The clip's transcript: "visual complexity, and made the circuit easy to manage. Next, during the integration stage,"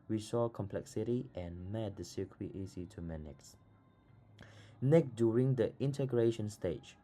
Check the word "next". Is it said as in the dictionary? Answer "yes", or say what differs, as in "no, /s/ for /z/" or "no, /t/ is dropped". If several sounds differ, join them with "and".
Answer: no, /s/ is dropped